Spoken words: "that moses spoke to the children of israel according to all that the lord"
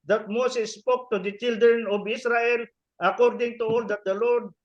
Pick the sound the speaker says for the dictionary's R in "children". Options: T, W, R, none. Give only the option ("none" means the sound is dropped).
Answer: R